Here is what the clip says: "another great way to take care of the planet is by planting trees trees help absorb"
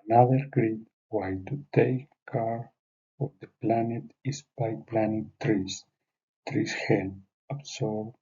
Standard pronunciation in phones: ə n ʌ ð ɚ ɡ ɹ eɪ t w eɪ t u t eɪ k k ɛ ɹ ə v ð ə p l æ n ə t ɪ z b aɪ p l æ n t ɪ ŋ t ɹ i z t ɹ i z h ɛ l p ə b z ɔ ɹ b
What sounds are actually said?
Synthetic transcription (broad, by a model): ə n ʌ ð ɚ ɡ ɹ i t w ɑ t u t eɪ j k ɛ ɹ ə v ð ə p l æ n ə t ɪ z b aɪ p l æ n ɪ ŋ t ɹ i s t ɹ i s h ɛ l ə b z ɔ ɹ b